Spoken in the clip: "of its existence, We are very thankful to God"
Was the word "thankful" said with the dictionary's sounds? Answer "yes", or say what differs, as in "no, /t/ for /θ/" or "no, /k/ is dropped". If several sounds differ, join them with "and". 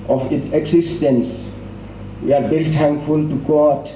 no, /t/ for /θ/